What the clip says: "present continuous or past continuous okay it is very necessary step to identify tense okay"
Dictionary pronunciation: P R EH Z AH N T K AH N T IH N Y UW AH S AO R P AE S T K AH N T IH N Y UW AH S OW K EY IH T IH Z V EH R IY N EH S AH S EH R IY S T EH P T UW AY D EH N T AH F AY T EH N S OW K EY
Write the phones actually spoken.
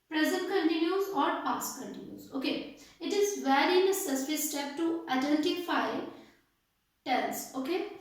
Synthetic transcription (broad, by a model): P R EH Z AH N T K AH N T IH N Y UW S AO R P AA S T K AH N T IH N Y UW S OW K EY IH T IH Z V EH R IY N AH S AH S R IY S T EH P T UW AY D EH N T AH F AY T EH L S OW K EY